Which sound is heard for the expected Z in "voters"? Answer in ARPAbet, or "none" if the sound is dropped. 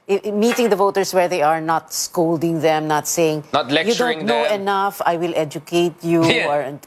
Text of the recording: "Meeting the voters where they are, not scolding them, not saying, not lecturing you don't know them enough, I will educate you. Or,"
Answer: S